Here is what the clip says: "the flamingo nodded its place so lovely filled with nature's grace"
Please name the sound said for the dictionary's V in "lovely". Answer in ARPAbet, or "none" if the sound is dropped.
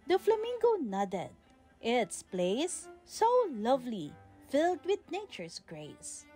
V